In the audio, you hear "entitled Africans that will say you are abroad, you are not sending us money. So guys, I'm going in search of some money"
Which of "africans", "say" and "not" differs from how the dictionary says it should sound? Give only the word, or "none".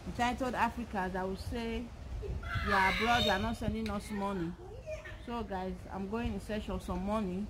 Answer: africans